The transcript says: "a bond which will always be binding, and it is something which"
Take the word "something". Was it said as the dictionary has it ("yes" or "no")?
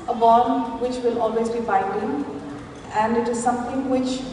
no